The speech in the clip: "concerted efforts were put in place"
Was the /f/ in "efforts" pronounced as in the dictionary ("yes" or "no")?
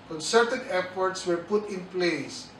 no